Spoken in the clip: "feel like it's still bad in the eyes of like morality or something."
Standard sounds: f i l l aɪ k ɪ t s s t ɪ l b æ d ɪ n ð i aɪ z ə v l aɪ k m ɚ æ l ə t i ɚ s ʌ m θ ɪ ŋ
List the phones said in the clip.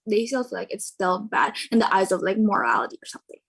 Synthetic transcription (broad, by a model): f i l l aɪ k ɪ t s s t ɪ l b æ d ɪ n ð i aɪ z ə v l aɪ k m ɚ æ l ə t i ɚ s ʌ m θ ɪ ŋ